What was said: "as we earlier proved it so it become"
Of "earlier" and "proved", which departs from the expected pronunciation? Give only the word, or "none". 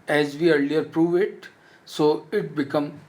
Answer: proved